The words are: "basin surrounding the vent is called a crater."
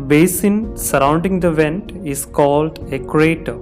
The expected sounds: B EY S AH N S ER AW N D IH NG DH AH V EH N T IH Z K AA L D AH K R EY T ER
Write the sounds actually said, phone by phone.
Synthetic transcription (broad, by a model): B EY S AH N S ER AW N D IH NG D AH V EH N T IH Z K AA L D AH K R EY T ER